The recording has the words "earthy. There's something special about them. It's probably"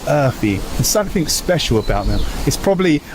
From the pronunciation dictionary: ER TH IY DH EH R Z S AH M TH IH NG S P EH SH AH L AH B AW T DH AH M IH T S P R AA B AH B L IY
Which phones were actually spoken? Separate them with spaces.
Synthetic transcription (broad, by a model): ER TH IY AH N S AH M TH IH NG S P EH SH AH L AH B AW T DH AH M IH T S P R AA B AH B L IY